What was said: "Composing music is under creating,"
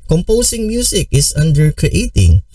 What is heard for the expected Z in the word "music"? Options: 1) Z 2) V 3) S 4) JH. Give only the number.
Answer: 3